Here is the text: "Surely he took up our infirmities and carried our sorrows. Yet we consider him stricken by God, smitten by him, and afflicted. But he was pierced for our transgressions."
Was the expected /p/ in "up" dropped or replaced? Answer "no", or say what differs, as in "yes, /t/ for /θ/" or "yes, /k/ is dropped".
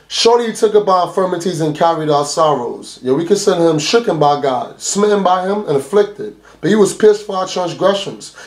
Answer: yes, /b/ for /p/